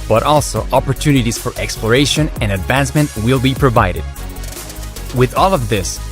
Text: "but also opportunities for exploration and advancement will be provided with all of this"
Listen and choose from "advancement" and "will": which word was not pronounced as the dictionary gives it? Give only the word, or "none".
none